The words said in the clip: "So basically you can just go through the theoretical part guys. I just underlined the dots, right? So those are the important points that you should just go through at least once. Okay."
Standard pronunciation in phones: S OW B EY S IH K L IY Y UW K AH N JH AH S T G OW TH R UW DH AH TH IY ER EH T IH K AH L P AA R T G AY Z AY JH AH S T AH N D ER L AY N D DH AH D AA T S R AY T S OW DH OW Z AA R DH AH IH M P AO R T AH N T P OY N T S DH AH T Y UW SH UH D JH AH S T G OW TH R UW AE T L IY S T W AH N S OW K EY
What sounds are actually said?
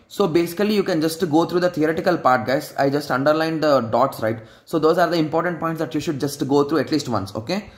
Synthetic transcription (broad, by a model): S OW B EY S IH K L IY Y UW K AH N JH AH S T G OW T R UW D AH T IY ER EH T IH K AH L P AA R T G AY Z AY JH AH S T AH N D ER L AY N D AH D AA T S R AY T S OW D OW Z AA R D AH IH M P AO R T AH N T P OY N T S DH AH T Y UW SH UH D JH AH S T G OW T R UW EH T L IY S T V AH N S OW K EY